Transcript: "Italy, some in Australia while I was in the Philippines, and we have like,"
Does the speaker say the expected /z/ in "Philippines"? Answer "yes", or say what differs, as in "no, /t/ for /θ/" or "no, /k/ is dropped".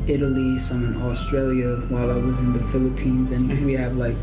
yes